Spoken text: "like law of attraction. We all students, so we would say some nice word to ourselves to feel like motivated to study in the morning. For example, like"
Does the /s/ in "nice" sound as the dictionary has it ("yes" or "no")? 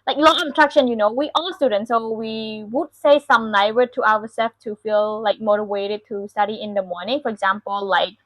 no